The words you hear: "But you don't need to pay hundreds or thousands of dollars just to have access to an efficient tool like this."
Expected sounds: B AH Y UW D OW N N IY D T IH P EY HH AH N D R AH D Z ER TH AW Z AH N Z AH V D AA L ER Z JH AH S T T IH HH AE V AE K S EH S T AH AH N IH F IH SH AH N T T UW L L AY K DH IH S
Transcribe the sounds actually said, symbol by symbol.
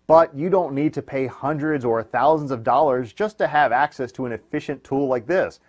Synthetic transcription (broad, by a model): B AH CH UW D OW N N IY D T IH P EY HH AH N D R AH D Z ER TH AW Z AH N Z AH V D AA L ER Z JH AH S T T IH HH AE V AE K S EH S T AH AH N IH F IH SH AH N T T UW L L AY K DH IH S